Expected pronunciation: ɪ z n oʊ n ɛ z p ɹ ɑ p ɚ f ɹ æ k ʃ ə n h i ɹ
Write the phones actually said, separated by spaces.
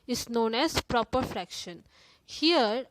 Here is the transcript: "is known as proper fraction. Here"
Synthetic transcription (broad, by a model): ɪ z n oʊ n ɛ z p ɹ ɑ p ɚ f ɹ æ k ʃ ə n h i ɹ